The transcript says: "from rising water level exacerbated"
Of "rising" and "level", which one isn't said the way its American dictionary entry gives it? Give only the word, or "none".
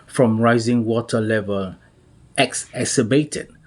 none